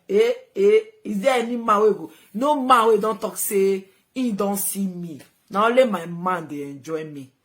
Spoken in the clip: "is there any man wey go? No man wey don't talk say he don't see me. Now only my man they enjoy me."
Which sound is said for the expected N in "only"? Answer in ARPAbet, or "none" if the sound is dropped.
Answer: none